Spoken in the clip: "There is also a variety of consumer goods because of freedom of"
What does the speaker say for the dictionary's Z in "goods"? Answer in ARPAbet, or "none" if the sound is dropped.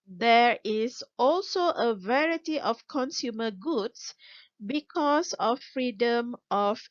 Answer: S